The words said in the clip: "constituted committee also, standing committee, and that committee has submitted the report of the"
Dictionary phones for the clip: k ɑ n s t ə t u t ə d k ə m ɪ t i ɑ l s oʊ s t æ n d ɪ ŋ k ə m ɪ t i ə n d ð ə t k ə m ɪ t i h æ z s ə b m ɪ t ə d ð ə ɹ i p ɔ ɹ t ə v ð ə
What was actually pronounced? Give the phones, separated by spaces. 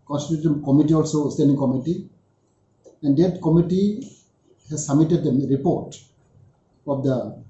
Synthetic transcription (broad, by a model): k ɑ n s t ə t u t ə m k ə m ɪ t i ɑ l s oʊ s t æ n d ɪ ŋ k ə m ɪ t i ə n d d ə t k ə m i t i h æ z s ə m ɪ t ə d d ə ɹ i p ɔ ɹ t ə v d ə